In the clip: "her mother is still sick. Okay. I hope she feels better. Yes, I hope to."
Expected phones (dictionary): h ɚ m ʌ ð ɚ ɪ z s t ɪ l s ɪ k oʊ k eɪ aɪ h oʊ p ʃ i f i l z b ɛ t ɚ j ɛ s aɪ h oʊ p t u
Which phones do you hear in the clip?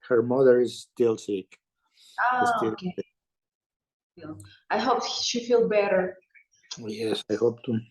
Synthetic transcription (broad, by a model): h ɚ m ʌ ð ɚ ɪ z s t ɪ l s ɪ k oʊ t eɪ aɪ h oʊ p ʃ i f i l b ɛ t ɚ j ɛ s aɪ h oʊ p t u